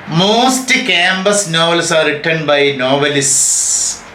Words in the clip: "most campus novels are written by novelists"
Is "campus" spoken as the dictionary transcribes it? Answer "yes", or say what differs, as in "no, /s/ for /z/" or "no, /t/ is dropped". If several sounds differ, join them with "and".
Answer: no, /b/ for /p/